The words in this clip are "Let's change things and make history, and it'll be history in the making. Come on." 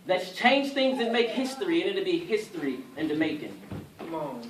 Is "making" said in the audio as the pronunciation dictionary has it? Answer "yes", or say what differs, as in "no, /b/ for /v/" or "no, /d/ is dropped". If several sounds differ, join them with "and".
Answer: no, /k/ is dropped